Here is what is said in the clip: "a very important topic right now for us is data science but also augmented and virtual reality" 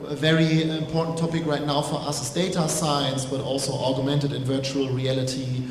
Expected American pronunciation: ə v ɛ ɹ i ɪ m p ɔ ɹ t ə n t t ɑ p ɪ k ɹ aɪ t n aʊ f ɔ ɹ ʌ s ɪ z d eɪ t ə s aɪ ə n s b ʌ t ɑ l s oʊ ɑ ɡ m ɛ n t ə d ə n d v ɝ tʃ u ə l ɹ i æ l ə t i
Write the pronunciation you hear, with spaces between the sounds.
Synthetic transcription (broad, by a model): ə v ɛ ɹ i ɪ m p ɔ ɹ t n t t ɑ p ɪ k ɹ aɪ t n aʊ f ɔ ɹ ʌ s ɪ s d eɪ t ə s aɪ ə n s b ʌ t ɑ l s oʊ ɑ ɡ m ɛ n t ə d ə n v ɝ tʃ u ə l ɹ i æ l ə t i